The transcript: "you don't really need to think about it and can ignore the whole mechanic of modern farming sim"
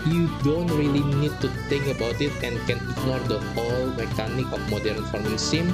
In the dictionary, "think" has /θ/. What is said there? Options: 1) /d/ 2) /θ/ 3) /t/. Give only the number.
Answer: 3